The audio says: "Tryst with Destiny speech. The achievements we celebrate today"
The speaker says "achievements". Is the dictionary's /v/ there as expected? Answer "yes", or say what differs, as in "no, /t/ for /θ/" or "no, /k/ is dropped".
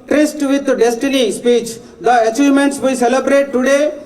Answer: no, /v/ is dropped